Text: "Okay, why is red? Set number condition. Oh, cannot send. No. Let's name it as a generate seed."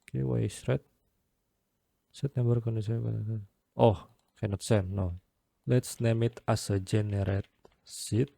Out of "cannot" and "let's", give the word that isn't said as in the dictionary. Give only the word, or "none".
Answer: none